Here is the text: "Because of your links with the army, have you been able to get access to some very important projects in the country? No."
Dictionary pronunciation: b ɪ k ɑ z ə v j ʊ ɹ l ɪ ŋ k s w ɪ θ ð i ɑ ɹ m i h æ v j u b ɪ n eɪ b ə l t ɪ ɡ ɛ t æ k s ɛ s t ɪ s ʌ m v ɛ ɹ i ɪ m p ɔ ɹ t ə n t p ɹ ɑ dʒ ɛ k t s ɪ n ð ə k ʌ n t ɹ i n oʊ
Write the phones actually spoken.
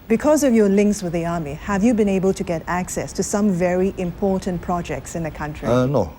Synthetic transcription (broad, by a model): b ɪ k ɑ z ə v j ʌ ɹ l ɪ ŋ k s w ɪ ð i ɑ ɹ m i h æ v j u b ɪ n eɪ b ə l t ɪ ɡ ɛ t æ k s ɛ s t ɪ s ʌ m v ɛ ɹ i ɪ m p ɔ ɹ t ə n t p ɹ ɑ dʒ ɛ k t s ɪ n ð ə k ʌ n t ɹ i n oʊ